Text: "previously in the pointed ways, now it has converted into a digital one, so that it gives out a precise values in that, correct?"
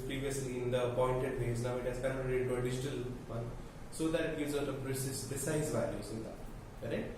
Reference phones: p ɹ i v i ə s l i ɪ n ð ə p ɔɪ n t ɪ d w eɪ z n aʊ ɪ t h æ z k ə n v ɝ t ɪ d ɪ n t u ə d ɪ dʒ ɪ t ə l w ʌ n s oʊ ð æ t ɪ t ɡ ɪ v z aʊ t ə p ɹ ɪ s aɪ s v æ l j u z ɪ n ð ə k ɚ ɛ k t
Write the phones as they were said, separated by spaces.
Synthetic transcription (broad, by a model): p ɹ i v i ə s l i ɪ n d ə p ɔɪ n t ɪ d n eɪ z n aʊ ɪ t h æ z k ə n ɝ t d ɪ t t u ə d ɪ dʒ ɪ t ə l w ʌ n s oʊ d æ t ɪ t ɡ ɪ z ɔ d ə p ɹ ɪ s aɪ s v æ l j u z ɪ n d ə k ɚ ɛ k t